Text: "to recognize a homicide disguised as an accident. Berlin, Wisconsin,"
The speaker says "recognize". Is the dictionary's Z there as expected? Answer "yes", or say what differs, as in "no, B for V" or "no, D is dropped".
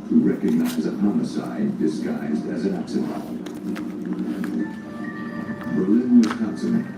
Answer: yes